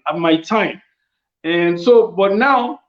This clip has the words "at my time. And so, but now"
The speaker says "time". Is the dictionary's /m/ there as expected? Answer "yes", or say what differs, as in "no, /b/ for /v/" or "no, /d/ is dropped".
yes